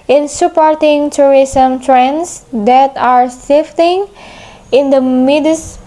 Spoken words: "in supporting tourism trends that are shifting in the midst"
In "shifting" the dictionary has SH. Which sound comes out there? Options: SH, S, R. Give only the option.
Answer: S